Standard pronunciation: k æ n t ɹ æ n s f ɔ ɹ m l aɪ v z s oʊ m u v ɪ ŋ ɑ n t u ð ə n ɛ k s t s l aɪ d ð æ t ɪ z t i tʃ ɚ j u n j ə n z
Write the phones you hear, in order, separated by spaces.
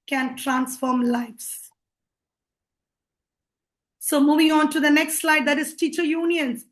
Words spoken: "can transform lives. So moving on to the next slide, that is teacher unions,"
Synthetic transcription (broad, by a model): k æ n t ɹ æ n s f ɔ ɹ m l aɪ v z s oʊ m u v ɪ ŋ ɑ n t u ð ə n ɛ k s t s l aɪ d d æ t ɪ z t i tʃ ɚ j u n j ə n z